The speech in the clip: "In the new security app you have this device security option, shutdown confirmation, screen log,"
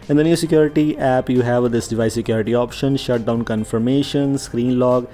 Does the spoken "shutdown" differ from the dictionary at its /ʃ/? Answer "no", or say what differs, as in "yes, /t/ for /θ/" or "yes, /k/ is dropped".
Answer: no